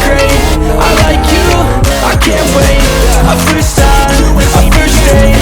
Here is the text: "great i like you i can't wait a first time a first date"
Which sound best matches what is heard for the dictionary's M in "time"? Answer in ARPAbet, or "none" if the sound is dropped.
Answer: none